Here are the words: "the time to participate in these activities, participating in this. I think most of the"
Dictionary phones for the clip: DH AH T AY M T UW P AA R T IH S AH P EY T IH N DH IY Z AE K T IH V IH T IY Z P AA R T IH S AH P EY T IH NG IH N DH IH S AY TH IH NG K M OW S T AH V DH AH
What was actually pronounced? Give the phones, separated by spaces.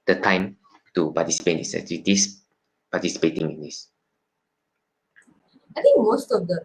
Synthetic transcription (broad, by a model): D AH T AY M T UW P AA T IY S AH P EY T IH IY S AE T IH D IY S P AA T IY S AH P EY T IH NG IH N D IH S AY T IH NG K M OW S T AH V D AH